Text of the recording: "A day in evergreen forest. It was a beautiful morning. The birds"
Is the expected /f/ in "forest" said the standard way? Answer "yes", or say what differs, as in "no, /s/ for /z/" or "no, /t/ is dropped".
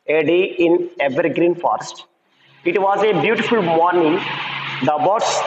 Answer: yes